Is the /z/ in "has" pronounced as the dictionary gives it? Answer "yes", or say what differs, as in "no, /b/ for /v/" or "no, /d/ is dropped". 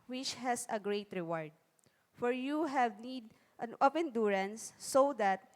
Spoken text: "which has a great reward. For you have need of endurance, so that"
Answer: no, /s/ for /z/